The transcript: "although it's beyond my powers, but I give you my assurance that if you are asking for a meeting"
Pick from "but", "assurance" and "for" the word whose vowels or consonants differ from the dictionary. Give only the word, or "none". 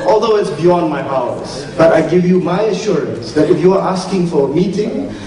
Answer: none